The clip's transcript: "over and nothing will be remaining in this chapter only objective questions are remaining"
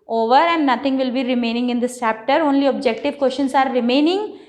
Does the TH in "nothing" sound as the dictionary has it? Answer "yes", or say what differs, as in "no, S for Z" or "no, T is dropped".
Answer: no, T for TH